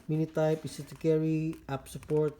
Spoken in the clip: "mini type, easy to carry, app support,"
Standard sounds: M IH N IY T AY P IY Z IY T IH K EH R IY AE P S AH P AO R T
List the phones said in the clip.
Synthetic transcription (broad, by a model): M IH N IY T AY P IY S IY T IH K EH R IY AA P S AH P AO R T